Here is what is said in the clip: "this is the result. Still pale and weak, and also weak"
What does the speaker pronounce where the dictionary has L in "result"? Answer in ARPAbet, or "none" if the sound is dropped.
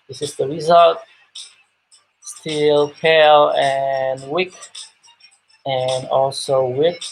L